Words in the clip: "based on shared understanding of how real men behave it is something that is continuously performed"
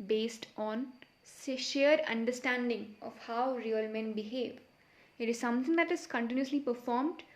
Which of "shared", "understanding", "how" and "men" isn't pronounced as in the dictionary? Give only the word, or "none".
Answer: shared